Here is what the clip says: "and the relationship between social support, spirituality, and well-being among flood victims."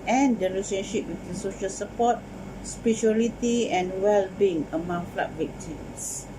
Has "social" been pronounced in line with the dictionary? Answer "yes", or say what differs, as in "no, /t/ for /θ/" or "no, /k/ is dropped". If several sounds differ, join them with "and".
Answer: yes